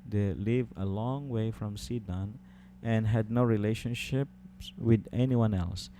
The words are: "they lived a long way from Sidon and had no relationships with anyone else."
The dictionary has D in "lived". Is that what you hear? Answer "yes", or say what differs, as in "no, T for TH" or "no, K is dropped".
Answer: no, D is dropped